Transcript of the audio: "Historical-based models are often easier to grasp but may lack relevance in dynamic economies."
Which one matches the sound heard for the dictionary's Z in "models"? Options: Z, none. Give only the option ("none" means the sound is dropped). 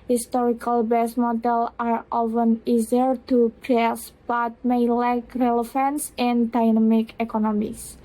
none